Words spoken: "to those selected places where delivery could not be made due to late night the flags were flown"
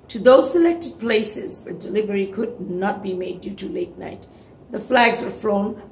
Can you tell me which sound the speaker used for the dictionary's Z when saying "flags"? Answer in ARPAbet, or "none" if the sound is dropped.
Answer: Z